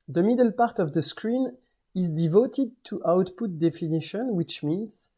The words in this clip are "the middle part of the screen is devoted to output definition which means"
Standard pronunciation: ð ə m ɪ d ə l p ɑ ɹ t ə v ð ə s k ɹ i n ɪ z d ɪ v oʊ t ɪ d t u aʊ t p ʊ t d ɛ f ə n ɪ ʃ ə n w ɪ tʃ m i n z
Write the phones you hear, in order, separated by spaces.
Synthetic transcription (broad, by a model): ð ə m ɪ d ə l p ɑ ɹ t ə v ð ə s k ɹ i n ɪ z d ɪ v oʊ t ɪ d t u aʊ t p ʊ t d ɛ f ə n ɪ ʃ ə n w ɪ tʃ m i n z